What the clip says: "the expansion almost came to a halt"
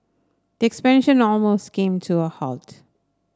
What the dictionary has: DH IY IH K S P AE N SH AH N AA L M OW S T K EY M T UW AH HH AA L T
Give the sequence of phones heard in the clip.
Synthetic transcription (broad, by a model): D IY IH K S P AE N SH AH N AA L M OW S T K EY M T UW AH HH AA L T